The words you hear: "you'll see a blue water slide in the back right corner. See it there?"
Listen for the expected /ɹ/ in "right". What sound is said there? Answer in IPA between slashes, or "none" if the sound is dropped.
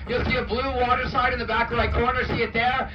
/l/